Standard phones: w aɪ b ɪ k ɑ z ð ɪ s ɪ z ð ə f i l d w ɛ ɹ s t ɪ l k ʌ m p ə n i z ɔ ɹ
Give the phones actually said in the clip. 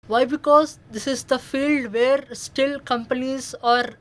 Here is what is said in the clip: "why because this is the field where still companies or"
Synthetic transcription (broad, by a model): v aɪ b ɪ k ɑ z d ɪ s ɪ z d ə f i l d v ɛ ɹ s t ɪ l k ʌ m p ə n i z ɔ ɹ